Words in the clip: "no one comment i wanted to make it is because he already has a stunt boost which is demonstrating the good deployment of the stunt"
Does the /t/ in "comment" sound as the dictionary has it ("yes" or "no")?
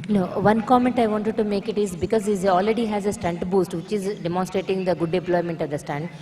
yes